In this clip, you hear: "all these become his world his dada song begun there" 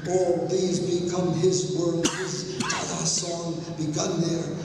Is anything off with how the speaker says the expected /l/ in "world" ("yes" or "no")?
yes